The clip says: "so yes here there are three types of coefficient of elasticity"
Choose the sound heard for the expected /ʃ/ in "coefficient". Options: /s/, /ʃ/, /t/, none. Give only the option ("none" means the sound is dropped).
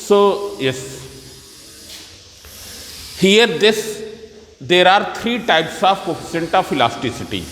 /s/